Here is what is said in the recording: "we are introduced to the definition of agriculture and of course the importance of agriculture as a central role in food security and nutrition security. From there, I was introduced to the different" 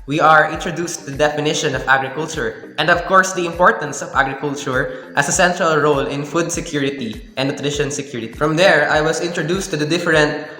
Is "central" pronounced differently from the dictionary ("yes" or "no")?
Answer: no